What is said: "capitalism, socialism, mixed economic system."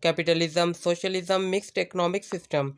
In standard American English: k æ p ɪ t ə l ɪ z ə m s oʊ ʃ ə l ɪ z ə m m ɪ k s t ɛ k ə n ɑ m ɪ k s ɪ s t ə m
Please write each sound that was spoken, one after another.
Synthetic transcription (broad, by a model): k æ p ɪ t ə l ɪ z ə m s oʊ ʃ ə l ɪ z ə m m ɪ k s t ɛ k ə n ɑ m ɪ k s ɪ s t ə m